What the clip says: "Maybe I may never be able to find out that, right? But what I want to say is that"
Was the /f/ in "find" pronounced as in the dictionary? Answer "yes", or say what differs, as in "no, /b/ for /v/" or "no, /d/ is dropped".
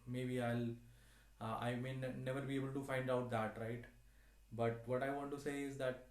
yes